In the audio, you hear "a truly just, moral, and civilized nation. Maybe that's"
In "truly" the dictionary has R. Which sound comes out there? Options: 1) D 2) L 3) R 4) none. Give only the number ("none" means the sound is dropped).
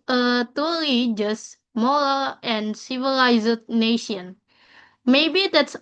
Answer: 4